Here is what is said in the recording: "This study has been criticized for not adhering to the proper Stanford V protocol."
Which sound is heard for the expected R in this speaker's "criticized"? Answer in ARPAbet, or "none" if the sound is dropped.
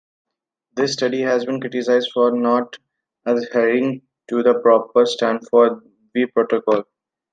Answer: R